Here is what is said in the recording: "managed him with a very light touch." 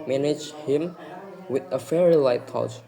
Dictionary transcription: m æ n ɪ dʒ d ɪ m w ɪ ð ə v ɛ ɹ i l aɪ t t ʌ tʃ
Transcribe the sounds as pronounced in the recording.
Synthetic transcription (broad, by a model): m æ n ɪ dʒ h ɪ m w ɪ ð ə f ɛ ɹ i l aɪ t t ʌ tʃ